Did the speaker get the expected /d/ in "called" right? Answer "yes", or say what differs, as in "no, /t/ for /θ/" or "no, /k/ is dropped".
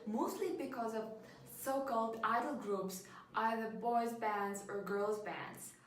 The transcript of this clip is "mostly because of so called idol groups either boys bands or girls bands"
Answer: yes